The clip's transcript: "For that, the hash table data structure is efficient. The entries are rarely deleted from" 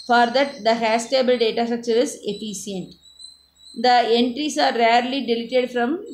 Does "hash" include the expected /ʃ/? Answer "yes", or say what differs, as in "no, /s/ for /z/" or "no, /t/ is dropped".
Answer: no, /s/ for /ʃ/